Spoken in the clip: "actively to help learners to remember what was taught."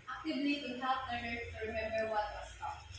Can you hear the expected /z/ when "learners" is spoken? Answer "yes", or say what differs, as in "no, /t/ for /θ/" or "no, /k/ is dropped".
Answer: no, /z/ is dropped